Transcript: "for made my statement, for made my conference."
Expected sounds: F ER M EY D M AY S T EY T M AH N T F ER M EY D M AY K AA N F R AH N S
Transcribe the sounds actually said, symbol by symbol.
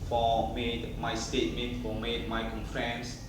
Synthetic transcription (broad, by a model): F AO M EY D M AY S T EY T M AH N T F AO M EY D M AY K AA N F R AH N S